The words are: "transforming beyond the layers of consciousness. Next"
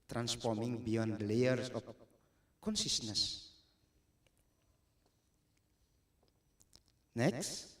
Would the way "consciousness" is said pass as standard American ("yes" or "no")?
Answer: no